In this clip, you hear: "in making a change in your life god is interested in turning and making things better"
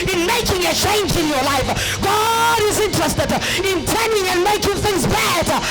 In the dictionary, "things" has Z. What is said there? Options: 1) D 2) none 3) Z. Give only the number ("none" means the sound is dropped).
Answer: 3